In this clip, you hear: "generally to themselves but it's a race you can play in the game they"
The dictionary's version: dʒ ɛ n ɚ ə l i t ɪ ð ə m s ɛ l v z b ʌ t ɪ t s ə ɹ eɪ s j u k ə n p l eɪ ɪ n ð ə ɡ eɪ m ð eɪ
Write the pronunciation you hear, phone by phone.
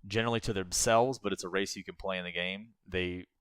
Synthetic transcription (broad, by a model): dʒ ɛ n ɚ l i t ɪ ð ə m s ɛ l v z b ʌ t ɪ t s ə ɹ eɪ s j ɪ k ə n p l eɪ ɪ n ð ə ɡ eɪ m ð eɪ